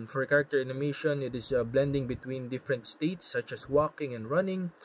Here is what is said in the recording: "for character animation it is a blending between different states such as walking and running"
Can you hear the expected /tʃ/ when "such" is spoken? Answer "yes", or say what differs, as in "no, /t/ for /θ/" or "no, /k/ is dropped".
yes